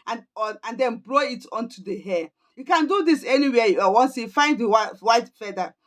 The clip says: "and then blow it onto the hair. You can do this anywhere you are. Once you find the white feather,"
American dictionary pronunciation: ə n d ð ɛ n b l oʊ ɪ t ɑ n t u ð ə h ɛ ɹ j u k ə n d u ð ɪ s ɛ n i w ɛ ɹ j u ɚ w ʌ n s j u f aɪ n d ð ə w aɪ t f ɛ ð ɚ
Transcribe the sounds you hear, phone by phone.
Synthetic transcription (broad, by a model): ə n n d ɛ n b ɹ oʊ ɪ t ɑ n t u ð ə h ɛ j u k ə n d u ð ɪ s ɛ l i w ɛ j u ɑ w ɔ n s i f aɪ n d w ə w aɪ t f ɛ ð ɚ